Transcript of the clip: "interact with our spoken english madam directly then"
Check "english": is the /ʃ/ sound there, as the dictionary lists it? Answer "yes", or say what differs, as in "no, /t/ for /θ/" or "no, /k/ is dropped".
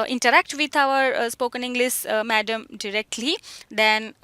no, /s/ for /ʃ/